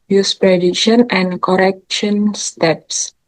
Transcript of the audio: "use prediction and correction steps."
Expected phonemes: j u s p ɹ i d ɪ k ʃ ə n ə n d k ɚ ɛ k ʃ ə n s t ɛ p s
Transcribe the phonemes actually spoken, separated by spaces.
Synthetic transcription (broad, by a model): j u s p ɹ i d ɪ ʃ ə n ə n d k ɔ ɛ k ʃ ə n s t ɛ p s